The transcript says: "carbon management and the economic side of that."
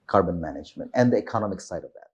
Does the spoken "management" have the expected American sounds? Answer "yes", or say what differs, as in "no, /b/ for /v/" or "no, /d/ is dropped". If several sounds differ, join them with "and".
yes